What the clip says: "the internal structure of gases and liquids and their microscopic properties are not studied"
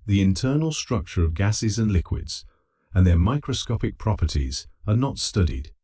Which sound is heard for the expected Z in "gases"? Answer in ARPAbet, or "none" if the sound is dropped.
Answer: Z